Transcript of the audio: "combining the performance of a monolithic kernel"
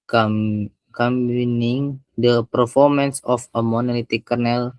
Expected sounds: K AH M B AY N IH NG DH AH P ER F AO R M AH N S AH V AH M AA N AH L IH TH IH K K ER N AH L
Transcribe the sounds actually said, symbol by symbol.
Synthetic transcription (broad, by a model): K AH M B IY N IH NG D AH P ER F AO R M AH N S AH F AH M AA N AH L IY T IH K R N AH L